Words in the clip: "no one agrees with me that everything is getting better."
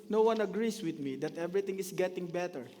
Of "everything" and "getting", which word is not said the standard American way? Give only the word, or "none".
everything